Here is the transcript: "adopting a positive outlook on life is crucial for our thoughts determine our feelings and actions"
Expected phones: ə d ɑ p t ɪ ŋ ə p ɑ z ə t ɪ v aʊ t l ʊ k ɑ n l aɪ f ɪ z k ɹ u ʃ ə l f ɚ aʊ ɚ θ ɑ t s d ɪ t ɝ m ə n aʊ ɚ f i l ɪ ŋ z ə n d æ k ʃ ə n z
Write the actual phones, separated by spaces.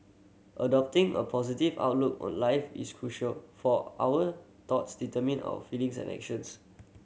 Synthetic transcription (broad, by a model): ə d ɑ p t ɪ ŋ ə p ɑ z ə t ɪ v aʊ t l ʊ k ɑ n l aɪ f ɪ s k ɹ u ʃ ə l f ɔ aʊ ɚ t ɑ t s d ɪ t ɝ m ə n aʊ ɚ f i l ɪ ŋ s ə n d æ k ʃ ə n s